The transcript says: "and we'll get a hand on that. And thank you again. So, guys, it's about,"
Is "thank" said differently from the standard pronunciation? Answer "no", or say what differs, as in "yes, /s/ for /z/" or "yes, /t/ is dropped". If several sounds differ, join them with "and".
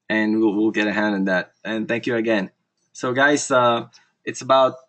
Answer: no